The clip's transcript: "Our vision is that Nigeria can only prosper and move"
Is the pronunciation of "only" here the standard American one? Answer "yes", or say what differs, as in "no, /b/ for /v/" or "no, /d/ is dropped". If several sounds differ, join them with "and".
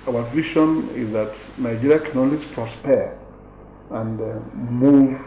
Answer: no, /n/ is dropped